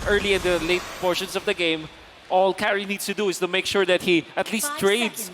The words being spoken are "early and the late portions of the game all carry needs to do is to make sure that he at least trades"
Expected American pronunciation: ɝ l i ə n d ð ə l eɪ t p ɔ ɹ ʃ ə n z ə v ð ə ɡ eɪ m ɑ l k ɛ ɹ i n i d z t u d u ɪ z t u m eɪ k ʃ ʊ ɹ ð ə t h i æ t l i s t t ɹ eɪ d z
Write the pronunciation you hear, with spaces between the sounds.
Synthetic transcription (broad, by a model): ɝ l i ə n d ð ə l eɪ t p ɔ ɹ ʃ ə n s ə v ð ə ɡ eɪ m ɑ l k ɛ ɹ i n i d s t u d u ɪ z t u m eɪ k ʃ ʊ ɹ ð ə t h i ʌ t l i s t t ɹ eɪ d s